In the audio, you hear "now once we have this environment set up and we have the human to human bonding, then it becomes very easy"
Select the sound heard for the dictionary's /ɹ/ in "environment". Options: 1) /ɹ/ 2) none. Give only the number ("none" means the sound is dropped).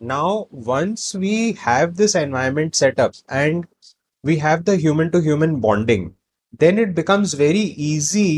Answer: 2